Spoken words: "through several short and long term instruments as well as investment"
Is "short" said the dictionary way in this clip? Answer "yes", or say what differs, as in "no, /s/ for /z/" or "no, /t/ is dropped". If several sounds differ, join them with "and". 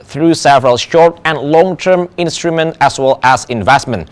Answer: yes